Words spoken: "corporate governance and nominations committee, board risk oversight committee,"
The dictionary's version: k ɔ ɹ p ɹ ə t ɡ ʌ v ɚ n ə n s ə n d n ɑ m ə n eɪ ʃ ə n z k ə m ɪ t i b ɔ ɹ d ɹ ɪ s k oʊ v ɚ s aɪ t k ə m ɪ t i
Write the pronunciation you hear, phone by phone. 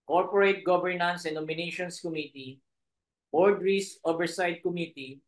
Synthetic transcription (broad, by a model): k ɔ ɹ p ɹ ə t ɡ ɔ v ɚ n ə n s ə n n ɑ m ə n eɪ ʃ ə n s k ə m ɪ t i b ɔ ɹ d ɹ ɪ s oʊ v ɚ s aɪ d k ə m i t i